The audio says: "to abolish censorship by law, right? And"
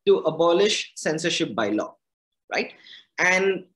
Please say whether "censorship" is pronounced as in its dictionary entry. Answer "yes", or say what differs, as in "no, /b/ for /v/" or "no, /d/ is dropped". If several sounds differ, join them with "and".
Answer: yes